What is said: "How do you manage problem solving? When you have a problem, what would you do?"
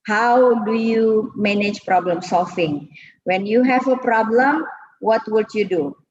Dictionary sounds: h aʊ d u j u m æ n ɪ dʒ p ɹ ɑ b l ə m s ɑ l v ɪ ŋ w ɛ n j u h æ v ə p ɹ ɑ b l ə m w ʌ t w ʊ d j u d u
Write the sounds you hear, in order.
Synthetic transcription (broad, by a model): h aʊ d u j u m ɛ n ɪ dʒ p ɹ ɑ b l ə m s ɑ l f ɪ ŋ w ɛ n j u h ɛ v ə p ɹ ɑ b l ə m w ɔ t w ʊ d j u d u